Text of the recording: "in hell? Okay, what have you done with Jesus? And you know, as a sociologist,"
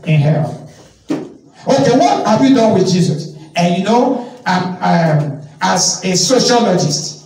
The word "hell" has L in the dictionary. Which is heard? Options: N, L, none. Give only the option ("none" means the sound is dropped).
N